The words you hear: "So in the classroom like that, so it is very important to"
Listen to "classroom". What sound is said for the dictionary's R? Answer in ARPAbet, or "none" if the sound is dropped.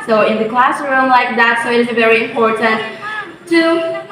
R